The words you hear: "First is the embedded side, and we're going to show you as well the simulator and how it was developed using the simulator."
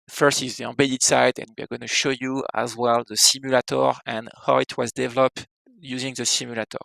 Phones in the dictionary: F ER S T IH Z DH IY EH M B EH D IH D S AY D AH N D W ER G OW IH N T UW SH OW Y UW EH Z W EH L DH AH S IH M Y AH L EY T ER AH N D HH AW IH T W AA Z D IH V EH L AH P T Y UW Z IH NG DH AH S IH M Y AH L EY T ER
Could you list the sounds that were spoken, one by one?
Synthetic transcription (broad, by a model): F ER S T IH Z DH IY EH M B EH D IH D S AY D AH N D W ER G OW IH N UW SH OW Y UW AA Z W EH L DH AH S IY M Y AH L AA T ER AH N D HH AW IH T W AA Z D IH V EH L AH P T Y UW Z IH NG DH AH S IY M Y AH L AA T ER